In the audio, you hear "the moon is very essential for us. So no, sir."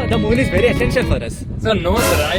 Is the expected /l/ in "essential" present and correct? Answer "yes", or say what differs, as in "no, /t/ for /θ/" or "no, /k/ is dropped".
no, /n/ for /l/